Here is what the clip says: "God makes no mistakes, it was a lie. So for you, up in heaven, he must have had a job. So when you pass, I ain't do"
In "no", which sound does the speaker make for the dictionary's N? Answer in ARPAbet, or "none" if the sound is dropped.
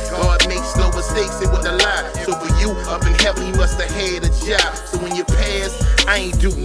L